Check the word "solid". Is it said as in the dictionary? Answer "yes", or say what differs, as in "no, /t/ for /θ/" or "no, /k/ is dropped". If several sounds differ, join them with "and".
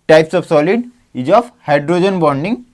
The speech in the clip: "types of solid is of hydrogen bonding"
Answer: yes